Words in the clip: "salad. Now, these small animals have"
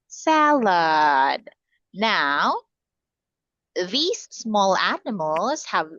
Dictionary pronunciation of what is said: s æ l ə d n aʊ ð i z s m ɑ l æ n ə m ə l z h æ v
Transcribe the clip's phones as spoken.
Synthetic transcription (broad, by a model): s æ l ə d n aʊ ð i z s m ɑ l æ n ə m ə l z h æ v